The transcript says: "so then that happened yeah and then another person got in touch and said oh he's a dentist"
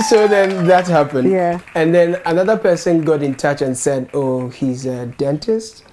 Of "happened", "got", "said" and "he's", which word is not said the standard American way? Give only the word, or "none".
none